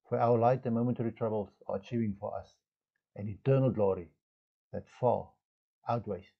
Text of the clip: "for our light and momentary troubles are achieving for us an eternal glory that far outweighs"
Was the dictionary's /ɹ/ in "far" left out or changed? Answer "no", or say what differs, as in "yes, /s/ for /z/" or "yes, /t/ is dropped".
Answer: yes, /l/ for /ɹ/